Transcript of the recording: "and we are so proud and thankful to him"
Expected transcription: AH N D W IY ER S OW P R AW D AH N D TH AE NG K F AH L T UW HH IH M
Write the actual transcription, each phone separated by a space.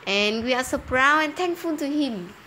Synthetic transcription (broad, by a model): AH N W IY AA S OW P R AW AH N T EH NG K F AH L T UW HH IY M